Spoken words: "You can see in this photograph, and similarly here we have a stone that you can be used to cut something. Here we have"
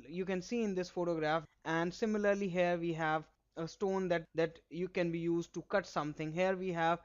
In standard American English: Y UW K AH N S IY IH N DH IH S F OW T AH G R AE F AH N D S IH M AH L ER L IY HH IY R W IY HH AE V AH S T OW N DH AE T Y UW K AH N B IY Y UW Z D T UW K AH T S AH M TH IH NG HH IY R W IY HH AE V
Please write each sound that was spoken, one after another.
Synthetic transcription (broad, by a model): Y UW K AH N S IY IH N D IH S F OW T AH G R AE F AH N D S IH M AH L ER L IY HH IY R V IY HH AE V AH S T OW N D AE T Y UW K AH N B IY Y UW Z D T UW K AH T S AH M T IH NG HH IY R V IY HH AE V